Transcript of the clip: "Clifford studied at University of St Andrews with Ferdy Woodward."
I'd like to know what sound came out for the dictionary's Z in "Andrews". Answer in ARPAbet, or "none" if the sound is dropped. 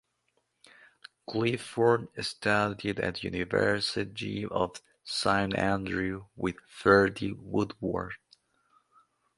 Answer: none